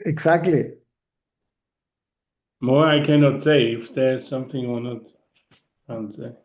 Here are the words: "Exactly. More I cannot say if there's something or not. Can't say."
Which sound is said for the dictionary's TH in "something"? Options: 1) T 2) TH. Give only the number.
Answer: 2